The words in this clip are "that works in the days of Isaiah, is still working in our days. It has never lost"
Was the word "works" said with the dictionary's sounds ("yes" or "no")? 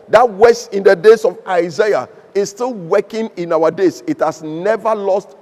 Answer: no